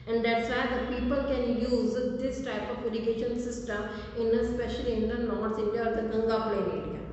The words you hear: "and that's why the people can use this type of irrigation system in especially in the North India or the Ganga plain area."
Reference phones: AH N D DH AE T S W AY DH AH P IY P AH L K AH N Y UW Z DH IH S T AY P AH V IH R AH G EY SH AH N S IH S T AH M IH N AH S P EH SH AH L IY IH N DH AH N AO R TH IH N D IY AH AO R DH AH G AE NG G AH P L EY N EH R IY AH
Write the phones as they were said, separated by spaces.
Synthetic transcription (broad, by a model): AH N D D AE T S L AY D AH P IY P AH L K AH N Y UW Z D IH S T AY P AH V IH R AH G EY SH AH N S IH S T AH M IH N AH S P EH SH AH L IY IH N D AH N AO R S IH N D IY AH AO R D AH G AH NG G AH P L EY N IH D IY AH